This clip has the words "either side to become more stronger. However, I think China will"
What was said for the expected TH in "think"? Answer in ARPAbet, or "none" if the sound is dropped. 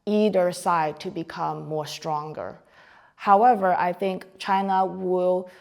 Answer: TH